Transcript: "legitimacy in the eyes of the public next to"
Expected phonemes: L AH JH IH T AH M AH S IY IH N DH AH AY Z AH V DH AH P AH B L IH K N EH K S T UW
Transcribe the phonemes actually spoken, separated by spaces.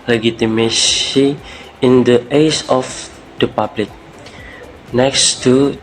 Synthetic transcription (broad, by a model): L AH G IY T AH M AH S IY IH N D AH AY S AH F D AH P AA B L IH K N EH K S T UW